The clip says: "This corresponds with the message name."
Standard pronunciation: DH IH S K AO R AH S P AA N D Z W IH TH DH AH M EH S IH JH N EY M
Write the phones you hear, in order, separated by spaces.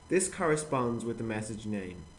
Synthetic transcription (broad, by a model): DH IH S K AO R AH S P AA N D Z W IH DH AH M EH S IH JH N EY M